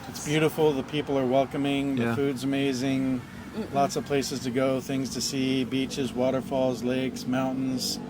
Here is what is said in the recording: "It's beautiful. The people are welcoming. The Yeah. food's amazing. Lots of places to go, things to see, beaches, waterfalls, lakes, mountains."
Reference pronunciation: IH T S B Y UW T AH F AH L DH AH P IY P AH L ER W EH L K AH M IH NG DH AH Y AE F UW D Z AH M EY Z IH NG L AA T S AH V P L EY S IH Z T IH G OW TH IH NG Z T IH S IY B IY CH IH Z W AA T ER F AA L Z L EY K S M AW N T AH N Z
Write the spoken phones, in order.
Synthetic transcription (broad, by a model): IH T S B Y UW T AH F L DH AH P IY P L ER W EH L K AH M IH NG DH AH F UW D Z AH M EY Z IH NG L AA T S AH V P L EY S IH Z T IH G OW TH IH NG Z T IH S IY B IY CH IH Z W AA T ER F AA L Z L EY K S M AW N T N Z